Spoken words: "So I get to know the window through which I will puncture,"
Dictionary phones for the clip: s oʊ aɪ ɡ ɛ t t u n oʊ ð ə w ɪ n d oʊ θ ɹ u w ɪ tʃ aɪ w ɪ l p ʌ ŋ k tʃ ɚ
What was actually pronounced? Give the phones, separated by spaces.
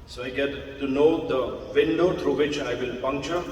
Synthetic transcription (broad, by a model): s oʊ aɪ ɡ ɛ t t u n oʊ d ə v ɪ n d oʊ t ɹ u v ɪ tʃ aɪ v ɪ l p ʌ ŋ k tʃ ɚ